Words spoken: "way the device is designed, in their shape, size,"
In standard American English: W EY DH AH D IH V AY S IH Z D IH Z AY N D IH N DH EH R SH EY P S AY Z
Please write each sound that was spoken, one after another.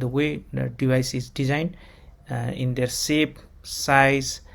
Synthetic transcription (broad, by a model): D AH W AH D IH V AY S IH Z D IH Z AY N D IH N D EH R S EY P S AY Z